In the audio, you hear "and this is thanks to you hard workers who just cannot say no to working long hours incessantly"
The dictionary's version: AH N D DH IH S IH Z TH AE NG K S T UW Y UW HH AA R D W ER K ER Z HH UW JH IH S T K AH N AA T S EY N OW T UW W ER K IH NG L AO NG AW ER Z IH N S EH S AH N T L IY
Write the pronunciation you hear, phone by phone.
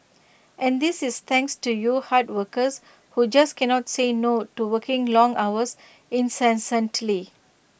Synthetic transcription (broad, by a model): AH N D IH S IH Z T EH NG K S T UW Y UW HH AA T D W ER K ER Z HH UW JH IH S K AH N AA T S EY N OW T UW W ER K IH NG L AO NG AW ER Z IH N S EH S AH N T L IY